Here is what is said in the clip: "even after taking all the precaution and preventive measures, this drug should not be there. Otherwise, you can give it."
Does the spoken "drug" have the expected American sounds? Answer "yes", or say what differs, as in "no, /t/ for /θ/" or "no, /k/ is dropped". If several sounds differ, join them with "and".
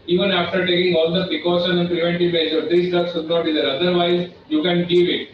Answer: no, /ɹ/ is dropped